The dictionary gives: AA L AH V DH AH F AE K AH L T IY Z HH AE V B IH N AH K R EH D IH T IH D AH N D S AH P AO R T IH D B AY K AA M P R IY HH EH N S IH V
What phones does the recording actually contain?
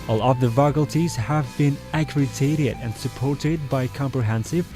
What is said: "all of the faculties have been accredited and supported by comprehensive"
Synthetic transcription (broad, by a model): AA L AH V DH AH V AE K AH L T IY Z HH AE V B IH N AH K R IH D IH T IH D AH N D S AH P AO R T IH D B AY K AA M P R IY HH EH N S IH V